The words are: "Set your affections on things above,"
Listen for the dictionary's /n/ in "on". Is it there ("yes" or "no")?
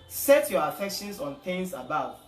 yes